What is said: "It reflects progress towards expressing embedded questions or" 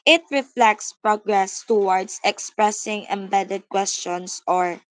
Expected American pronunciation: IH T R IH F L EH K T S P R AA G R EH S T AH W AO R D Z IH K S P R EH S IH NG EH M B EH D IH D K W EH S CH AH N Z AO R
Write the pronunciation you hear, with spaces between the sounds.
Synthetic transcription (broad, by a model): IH T R IH F L EH K T S P R AA G R EH S T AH W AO R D S IH K S P R EH S IH NG EH M B EH D IH D K W EH S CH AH N S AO R